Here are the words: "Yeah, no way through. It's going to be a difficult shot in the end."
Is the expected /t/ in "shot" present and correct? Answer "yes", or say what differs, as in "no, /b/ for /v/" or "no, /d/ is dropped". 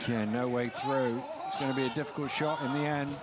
yes